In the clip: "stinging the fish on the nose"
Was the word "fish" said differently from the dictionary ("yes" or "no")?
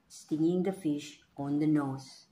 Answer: no